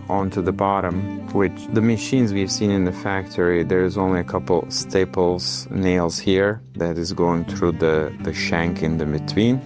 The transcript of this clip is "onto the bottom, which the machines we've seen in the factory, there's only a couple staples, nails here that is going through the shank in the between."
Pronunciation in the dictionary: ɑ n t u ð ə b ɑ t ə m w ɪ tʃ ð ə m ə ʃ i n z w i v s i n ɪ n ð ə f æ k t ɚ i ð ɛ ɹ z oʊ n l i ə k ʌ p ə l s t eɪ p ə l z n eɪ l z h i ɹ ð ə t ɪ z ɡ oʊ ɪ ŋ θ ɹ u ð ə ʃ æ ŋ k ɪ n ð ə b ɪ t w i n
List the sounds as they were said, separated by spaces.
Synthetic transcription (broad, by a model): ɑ n t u ð ə b ɑ t ə m w ɪ tʃ ð ə m ə ʃ i n z w i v s i n ɪ n ð ə f æ k t ɚ i ð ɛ ɹ z oʊ n l i ə k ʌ p l s t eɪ p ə l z n eɪ l z h i ɹ ð ə t ɪ z ɡ oʊ ɪ ŋ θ ɹ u ð ə ʃ æ ŋ k ɪ n ð ə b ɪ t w i n